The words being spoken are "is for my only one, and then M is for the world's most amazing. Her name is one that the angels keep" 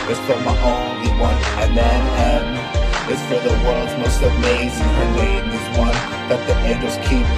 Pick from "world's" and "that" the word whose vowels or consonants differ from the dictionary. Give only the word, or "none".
world's